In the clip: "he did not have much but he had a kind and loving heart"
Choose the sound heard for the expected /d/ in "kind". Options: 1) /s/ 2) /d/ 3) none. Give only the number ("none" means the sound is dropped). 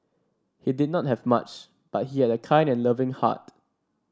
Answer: 2